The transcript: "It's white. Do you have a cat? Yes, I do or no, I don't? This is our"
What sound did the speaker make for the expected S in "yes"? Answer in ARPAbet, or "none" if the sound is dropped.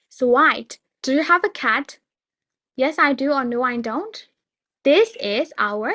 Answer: S